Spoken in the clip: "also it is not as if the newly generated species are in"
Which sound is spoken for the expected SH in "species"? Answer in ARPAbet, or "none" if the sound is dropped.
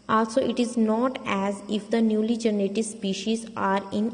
SH